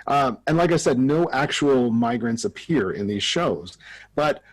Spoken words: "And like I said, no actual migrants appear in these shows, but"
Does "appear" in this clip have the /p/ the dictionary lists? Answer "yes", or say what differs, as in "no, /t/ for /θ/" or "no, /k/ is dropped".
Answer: yes